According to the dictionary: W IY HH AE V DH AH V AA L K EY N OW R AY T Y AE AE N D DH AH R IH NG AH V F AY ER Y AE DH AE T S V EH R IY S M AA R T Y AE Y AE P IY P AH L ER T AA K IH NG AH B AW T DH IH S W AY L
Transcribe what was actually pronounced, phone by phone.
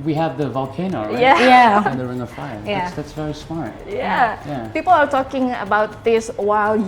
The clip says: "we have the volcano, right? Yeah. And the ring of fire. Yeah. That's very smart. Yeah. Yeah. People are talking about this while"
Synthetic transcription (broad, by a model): W IY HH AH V DH AH V AA L K EY N OW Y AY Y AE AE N DH AH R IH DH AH F AY ER Y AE DH AE T S V EH R IY S M AA R T Y AE Y AE P IY P AH L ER T AA K IH NG AH B AW T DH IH S W AY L